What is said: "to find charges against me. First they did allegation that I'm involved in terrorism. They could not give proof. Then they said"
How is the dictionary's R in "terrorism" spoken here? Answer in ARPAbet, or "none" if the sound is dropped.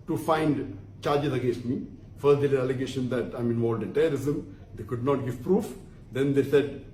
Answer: none